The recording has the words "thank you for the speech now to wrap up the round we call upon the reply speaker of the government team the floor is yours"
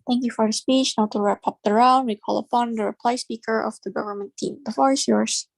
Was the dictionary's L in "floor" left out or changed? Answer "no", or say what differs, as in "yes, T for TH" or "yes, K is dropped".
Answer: yes, L is dropped